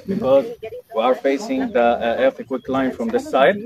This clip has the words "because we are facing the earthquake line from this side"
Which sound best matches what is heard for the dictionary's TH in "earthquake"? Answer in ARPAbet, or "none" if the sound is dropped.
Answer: F